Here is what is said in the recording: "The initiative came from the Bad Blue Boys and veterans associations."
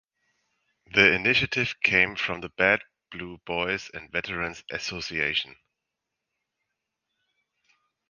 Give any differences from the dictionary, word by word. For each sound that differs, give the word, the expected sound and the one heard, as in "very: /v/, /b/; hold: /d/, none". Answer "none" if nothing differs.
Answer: associations: /z/, none